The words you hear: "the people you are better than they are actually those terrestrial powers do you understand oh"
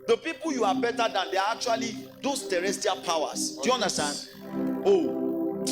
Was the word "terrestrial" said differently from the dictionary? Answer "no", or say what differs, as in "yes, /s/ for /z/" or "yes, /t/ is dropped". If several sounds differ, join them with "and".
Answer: yes, /ɹ/ is dropped